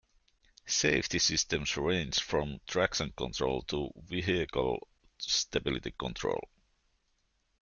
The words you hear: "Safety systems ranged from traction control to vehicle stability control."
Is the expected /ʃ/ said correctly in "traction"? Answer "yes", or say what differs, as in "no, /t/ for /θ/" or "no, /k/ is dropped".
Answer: no, /s/ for /ʃ/